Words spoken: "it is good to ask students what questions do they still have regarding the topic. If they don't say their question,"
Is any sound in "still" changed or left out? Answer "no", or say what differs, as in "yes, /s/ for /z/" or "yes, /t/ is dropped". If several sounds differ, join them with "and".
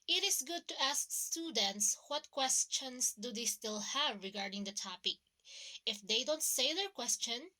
no